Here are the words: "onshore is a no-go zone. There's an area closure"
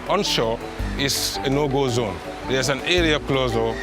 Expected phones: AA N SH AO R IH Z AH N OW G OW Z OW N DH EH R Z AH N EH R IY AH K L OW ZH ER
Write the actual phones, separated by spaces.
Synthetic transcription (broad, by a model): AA N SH AO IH S AH N OW G OW Z OW N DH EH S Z AH N EH R IY AH K L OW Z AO